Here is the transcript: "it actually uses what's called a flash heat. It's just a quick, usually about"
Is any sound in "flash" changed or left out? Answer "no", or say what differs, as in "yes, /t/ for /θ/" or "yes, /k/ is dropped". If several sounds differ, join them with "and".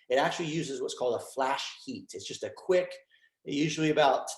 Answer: no